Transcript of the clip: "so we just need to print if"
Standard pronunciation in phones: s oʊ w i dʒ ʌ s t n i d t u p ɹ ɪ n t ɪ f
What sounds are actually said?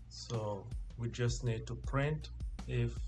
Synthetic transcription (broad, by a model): s oʊ w i dʒ ʌ s t n i d t u p ɹ ɪ n t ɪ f